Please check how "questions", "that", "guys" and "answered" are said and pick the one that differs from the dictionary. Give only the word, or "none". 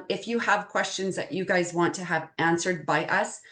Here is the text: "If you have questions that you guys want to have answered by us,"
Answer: none